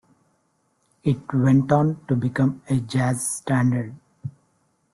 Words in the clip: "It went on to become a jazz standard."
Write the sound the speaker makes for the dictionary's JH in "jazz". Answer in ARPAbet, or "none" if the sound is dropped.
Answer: JH